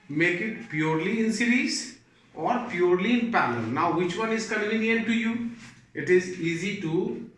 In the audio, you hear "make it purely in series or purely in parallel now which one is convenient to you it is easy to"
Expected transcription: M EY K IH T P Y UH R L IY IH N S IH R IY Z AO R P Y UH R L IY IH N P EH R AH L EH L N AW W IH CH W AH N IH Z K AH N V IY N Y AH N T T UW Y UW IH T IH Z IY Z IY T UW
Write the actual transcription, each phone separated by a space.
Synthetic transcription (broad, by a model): M EY K IH T P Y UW R L IY IH N S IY R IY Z AO R P Y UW R L IY IH N P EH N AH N N AW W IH CH W AH N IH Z K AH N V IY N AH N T T UW Y UW IH T IH Z IY Z IY T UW